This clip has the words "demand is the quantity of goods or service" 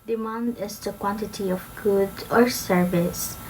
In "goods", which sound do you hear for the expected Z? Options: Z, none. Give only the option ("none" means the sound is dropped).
none